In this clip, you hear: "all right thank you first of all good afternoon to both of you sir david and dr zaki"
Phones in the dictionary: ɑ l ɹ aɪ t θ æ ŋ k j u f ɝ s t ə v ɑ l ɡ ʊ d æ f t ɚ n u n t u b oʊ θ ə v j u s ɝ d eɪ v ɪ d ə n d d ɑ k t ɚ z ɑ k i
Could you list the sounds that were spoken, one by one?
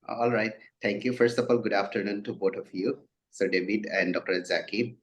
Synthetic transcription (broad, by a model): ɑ l ɹ aɪ t t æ ŋ k j u f ɝ s t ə f ɑ l ɡ ʊ d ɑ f t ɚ n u n t u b oʊ t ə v j u s ɝ d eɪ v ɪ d ə n d d ɑ k t ɚ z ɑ k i